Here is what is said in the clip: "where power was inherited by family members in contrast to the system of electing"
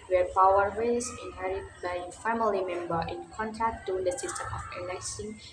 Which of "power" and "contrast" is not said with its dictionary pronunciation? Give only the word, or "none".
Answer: contrast